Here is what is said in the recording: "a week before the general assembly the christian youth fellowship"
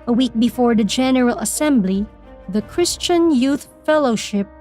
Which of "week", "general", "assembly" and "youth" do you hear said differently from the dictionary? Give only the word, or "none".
none